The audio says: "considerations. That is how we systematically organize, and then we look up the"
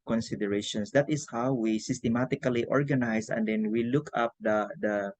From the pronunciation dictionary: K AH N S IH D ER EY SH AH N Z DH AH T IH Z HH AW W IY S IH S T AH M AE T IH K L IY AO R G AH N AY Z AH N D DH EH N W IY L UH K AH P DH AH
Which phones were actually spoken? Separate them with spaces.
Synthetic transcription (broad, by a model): K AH N S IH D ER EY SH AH N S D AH T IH S HH AW W IY S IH S T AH M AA T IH K L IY AO R G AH N AY S AH N D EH N W IY L UH K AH P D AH